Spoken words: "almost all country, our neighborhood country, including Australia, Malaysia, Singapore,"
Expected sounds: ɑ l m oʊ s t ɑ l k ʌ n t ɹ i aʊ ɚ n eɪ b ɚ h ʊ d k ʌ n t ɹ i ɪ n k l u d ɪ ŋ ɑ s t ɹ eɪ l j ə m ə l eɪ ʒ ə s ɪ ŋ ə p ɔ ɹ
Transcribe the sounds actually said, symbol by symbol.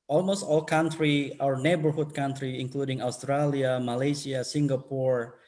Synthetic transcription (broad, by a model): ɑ l m oʊ s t ɑ l k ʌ n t ɹ i aʊ ɚ n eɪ b ɚ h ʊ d k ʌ n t ɹ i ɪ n k l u d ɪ ŋ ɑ s t ɹ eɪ l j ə m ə l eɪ s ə s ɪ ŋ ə p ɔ ɹ